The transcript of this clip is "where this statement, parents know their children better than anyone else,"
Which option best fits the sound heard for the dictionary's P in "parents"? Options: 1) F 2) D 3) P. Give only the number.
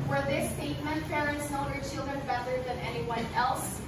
1